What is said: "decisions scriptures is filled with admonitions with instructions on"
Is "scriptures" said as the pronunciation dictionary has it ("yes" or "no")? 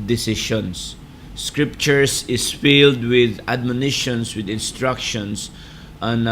no